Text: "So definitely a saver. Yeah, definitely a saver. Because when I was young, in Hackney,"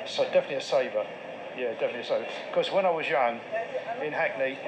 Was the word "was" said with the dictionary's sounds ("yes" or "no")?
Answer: yes